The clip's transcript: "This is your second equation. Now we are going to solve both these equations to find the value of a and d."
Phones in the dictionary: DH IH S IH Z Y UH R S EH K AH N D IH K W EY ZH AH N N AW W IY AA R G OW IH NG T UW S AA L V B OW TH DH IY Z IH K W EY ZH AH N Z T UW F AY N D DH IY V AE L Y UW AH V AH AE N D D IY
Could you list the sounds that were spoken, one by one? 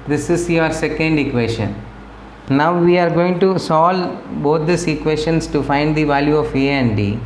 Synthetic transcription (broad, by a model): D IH S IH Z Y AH R S EH K AH N D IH K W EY SH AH N N AW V IY AA R G OW IH NG T UW S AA L B OW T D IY S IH K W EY SH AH N S T UW F AY N D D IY V AE L Y UW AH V AH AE N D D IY